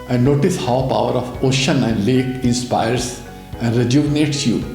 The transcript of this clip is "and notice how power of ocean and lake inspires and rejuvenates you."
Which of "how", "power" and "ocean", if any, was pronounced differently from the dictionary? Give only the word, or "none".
none